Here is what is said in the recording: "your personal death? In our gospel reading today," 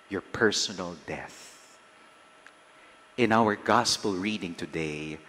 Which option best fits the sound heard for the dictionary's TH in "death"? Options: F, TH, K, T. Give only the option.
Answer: TH